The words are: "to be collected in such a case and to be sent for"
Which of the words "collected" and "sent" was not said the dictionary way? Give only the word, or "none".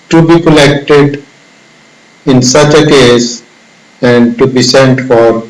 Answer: none